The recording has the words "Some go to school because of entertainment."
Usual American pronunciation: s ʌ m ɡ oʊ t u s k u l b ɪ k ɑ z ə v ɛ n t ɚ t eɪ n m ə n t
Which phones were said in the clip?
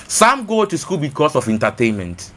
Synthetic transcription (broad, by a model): s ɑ m ɡ oʊ t u s k u l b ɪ k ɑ s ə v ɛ n t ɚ t eɪ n m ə n t